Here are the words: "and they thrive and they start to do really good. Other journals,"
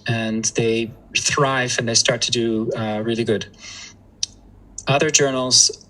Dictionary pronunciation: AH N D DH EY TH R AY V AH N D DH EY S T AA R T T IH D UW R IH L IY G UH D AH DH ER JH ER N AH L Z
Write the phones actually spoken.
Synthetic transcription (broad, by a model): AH N DH EY TH R AY V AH N DH EY S T AA R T T IH D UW R IH L IY G UH D AH DH ER JH ER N L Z